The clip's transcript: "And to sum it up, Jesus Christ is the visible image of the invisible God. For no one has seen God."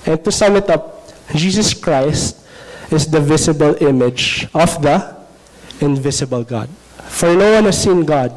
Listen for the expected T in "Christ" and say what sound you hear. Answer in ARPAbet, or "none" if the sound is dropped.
T